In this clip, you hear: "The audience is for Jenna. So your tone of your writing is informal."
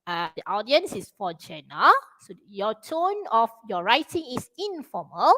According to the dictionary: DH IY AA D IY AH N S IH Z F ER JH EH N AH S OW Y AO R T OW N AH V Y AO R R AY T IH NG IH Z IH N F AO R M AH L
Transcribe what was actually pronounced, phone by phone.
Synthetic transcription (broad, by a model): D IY AA D IY AH N S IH S F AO JH EH N AH S OW Y AO T OW N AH F Y AO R R AY T IH NG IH S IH N F AO M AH L